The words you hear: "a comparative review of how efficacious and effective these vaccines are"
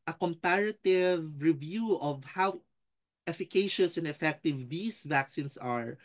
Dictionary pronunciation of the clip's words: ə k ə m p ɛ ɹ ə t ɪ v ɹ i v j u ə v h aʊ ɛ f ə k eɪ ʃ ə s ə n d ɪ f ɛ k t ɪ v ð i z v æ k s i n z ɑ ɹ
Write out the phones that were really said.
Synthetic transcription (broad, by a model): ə k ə m p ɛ ɹ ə t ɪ v ɹ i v j u ə v h aʊ ɛ f ə k eɪ ʃ ə s ə n d ɪ f ɛ k t ɪ v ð i s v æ k s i n s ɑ ɹ